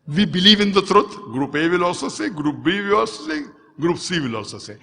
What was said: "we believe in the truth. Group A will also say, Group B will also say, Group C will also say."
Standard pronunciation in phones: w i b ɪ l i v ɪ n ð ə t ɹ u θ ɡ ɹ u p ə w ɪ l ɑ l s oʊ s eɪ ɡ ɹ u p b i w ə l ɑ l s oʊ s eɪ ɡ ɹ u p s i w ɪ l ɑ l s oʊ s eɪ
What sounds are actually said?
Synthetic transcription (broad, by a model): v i b ɪ l i v ɪ n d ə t ɹ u t ɡ ɹ u p ə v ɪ l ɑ s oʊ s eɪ ɡ ɹ u p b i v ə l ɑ s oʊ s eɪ ɡ ɹ u p s i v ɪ l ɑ s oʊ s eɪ